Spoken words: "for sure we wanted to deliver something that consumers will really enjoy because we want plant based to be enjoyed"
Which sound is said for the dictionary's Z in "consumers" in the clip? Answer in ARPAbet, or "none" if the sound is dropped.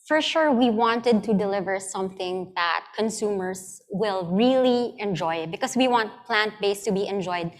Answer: S